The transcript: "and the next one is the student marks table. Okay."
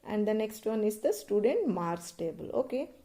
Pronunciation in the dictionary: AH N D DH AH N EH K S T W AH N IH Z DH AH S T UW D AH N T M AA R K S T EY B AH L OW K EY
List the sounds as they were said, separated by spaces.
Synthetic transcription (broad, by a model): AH N D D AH N EH K S T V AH N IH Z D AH S T UW D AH N T M AA R S T EY B AH L OW K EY